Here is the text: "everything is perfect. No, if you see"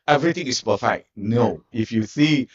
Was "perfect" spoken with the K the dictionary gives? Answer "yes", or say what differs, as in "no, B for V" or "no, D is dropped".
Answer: no, K is dropped